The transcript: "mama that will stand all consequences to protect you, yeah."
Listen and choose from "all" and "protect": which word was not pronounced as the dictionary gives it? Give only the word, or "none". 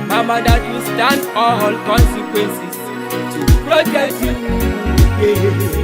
protect